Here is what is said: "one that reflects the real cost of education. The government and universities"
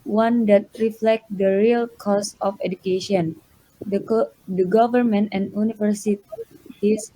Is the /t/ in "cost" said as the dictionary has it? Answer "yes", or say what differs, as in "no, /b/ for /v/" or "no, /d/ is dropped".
no, /t/ is dropped